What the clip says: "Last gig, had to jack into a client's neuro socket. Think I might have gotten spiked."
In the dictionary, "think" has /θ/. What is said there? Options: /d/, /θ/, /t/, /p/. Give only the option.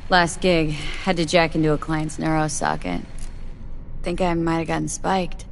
/θ/